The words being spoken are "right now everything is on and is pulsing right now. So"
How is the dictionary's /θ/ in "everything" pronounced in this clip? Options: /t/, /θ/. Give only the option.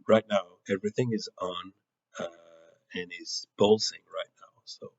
/θ/